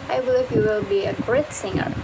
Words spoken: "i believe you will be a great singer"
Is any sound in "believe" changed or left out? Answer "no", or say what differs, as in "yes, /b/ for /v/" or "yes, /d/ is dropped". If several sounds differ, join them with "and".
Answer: yes, /f/ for /v/